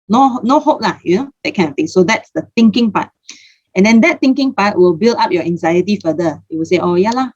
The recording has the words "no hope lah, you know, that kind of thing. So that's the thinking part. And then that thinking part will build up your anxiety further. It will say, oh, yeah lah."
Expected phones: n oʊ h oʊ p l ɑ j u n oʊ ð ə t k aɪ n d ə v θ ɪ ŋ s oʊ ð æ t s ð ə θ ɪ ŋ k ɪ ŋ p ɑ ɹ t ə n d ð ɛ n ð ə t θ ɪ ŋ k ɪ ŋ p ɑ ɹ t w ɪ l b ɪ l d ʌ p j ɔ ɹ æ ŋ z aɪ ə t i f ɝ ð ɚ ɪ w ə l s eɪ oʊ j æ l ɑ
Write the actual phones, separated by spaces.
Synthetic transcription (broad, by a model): n oʊ h oʊ p l ɑ j u n oʊ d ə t k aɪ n ə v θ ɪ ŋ s oʊ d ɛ t s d ə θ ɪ ŋ k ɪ ŋ p ɑ t ə n d ɛ n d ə t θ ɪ ŋ k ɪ ŋ p ɑ t w ɪ l b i l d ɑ p j ɔ æ ŋ z aɪ ə t i f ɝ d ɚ ɪ w ə l s eɪ oʊ j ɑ l ɑ